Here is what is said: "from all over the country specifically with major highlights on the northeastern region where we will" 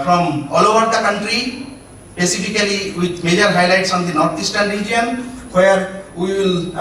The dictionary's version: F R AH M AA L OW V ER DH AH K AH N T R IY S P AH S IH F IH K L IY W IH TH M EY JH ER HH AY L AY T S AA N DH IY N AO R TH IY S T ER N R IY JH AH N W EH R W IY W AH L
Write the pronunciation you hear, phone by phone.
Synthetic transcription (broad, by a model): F R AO M AA L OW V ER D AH K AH N T R IY S P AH S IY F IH K L IY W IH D M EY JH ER HH AY L AY T S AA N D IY N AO R T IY S T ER N R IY JH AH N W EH R W IY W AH L